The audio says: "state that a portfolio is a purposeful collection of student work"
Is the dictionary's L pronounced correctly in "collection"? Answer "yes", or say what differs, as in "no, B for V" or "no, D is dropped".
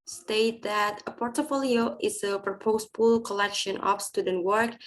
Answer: yes